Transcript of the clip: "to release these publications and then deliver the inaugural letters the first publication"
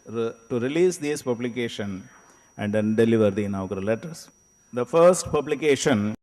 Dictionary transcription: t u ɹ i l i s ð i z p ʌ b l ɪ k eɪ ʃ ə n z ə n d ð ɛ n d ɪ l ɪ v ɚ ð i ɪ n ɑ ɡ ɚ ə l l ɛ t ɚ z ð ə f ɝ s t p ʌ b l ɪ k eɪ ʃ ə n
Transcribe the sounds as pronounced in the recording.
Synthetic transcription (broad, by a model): t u ɹ i l i s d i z p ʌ b l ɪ k eɪ ʃ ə n ə n d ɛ n d ɪ l ɪ v ɚ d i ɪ n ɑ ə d l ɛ t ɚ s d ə f ɝ s t p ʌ b l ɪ k eɪ ʃ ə n